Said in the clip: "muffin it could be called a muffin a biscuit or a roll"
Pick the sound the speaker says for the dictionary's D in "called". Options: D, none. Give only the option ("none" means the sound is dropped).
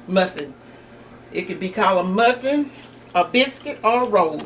none